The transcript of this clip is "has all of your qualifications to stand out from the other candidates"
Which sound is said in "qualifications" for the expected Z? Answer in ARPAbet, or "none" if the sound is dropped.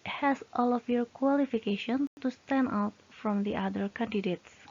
none